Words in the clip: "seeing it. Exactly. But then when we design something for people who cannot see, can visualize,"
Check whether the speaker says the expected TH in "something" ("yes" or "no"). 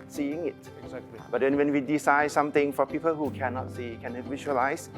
no